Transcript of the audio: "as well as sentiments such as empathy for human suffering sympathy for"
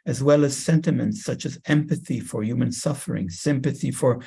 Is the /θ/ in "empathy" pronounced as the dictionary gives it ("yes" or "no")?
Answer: yes